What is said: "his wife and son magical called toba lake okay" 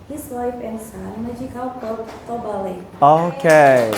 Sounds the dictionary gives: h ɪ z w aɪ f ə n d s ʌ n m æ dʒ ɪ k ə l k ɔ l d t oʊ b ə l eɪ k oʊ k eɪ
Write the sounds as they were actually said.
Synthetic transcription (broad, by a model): h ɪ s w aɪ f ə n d s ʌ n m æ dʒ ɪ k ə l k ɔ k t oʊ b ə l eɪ oʊ k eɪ